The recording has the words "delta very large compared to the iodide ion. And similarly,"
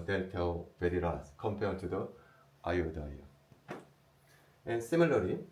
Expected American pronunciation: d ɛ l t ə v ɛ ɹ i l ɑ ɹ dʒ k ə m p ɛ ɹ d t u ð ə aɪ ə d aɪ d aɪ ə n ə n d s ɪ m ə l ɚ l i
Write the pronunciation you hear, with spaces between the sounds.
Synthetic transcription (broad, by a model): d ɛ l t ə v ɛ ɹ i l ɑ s k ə m p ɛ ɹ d t u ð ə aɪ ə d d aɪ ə ə n s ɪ m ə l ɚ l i